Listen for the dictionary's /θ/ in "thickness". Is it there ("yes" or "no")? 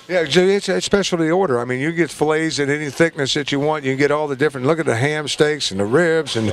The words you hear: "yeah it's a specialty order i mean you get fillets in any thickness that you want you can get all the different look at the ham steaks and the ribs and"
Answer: yes